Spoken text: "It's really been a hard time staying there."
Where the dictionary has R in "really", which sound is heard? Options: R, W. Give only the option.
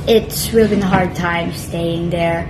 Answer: W